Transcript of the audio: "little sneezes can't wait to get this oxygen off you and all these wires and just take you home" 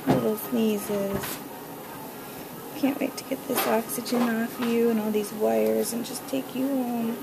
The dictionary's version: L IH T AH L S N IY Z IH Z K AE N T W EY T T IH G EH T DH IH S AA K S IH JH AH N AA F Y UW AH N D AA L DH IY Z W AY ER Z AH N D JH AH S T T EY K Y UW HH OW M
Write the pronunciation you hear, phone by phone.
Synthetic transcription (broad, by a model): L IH T L S N IY Z IH Z K AE N T W EY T T IH G EH T DH IH S AA K S IH JH AH N AA F Y UW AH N AA L DH IY Z W AY ER Z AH N JH AH S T T EY K Y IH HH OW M